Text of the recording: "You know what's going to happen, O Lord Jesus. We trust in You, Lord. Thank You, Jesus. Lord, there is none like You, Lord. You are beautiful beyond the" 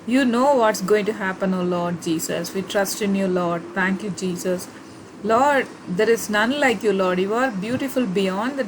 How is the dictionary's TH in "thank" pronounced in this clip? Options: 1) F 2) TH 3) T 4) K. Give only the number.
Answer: 3